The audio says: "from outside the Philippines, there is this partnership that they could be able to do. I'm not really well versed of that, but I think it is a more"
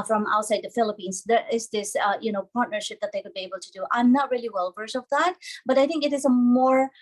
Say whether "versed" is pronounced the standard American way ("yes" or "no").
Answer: no